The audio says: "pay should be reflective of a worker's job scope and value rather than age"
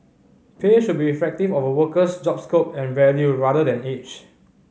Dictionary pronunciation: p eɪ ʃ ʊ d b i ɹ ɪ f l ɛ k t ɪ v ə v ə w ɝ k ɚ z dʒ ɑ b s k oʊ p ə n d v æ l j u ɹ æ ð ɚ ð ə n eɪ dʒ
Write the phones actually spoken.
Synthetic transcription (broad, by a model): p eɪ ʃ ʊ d b i f ɛ k t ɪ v ə v ə w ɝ k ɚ s dʒ ɑ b s k oʊ p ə n v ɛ l j u ɹ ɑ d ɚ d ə n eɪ tʃ